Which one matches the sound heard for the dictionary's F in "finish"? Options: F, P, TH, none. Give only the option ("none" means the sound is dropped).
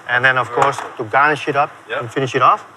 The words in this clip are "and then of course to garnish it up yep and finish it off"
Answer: F